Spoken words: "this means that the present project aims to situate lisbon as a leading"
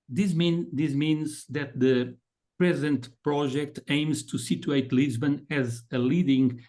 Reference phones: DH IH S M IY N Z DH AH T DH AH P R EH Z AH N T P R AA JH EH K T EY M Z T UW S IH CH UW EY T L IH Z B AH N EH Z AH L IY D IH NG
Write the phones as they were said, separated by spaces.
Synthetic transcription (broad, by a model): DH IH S M IY N Z DH AH T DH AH P R EH Z AH N T P R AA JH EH K T EY M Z T UW S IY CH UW EY T L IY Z B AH N EH Z AH L IY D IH NG